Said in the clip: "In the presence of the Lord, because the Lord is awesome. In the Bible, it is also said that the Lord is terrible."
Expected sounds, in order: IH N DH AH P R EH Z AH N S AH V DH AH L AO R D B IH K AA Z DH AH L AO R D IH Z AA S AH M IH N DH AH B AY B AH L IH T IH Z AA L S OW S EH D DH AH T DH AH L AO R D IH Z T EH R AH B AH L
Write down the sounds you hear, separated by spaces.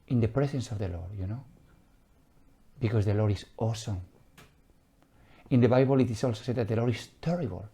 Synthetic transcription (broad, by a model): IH N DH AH P R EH S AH N S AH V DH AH L AO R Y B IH K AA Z DH AH L AO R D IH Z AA S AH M IH N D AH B AY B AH L IH T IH S AA L S OW S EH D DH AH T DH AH L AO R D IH S T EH R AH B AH L